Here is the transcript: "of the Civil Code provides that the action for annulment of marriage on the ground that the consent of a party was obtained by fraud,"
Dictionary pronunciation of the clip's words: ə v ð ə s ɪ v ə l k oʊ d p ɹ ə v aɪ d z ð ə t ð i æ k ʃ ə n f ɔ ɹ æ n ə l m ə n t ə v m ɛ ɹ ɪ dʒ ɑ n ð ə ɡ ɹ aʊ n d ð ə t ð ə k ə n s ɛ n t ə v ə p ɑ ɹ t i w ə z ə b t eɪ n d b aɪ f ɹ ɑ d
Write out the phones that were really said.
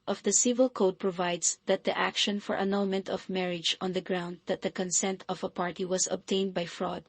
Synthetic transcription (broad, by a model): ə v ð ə s ɪ v ə l k oʊ d p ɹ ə v aɪ d s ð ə t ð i æ k ʃ ə n f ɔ ɹ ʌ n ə n m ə n t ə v m ɛ ɹ ɪ dʒ ɑ n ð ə ɡ ɹ aʊ n d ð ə t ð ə k ə n s ɛ n t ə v ə p ɑ ɹ t i w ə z ə b t eɪ n d b aɪ f ɹ ɑ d